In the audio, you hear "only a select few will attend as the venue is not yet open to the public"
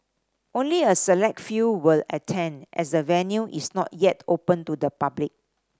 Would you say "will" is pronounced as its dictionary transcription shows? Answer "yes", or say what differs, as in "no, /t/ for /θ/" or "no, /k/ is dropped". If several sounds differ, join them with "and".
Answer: yes